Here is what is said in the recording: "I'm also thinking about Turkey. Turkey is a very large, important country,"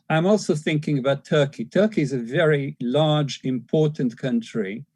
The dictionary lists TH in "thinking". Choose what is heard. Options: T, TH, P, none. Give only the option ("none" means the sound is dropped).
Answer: TH